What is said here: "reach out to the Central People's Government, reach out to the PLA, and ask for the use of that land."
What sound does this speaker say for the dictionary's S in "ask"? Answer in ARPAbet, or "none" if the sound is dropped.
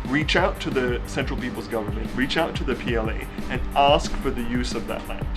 S